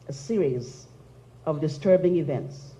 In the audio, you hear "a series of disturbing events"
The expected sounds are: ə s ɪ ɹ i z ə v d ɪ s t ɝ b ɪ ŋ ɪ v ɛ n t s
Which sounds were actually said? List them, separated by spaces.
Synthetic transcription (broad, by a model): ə s ɪ ɹ i z ə v d ɪ s t ɝ b ɪ ŋ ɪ v ɛ n t s